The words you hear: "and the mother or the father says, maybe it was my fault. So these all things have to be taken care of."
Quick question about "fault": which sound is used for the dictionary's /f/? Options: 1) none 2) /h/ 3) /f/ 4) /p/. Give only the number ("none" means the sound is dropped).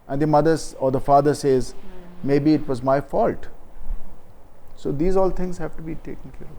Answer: 3